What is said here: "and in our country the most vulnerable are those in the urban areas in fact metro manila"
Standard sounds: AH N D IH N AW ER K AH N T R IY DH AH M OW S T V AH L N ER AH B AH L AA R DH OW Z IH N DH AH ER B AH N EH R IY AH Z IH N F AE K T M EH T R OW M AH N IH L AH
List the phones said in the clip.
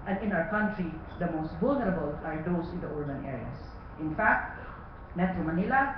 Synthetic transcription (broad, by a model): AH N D IH N AW ER K AH N T R IY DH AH M OW S T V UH L N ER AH B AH L AA R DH OW S IH N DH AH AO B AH N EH R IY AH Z IH N F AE K T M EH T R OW M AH N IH L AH